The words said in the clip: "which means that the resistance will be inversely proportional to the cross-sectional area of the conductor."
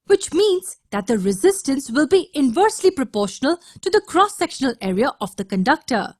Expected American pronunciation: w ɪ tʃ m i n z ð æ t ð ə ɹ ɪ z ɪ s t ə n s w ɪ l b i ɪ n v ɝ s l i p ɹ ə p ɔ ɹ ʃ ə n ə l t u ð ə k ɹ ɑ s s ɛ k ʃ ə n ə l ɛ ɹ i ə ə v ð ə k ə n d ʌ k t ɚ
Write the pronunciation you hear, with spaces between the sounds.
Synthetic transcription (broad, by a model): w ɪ tʃ m i n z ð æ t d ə ɹ ɪ z ɪ s t ə n s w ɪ l b i ɪ n v ɝ s l i p ɹ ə p ɔ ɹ ʃ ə n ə l t u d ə k ɹ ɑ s s ɛ k ʃ ə n ə l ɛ ɹ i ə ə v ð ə k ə n d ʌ k t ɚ